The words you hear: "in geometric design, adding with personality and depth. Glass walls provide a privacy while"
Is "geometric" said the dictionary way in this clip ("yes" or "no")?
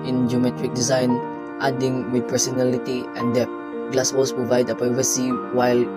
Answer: yes